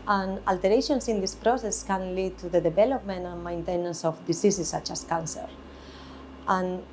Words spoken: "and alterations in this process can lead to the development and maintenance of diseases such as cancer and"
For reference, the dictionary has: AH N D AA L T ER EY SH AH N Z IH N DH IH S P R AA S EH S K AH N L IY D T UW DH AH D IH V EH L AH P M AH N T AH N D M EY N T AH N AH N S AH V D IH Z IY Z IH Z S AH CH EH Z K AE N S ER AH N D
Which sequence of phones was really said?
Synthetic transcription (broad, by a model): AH N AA L T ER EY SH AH N S IH N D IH S P R AA S EH S K AH N L IY D T UW DH AH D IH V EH L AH P M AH N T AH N M EY N T AH N AH N S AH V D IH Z IY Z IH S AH CH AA S K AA N S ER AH N